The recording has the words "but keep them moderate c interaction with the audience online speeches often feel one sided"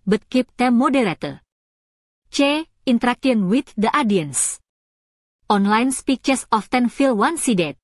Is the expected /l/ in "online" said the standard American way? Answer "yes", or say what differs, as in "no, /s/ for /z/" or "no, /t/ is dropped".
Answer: yes